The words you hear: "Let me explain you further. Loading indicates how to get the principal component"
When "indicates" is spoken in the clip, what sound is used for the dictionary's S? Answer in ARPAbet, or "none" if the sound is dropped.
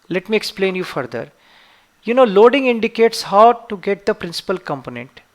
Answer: S